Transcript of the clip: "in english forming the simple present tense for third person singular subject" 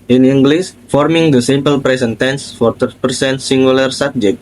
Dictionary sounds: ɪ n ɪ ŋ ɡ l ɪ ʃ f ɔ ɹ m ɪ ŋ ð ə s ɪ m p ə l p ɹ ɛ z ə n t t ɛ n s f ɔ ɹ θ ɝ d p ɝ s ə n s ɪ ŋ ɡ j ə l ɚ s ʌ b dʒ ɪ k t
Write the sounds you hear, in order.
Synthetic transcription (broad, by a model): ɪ n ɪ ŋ ɡ l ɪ s f ɔ ɹ m ɪ ŋ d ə s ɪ m p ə l p ɹ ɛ s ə n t t ɛ n s f ɔ ɹ t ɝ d p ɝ s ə n s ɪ ŋ ɡ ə l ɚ s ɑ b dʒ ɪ k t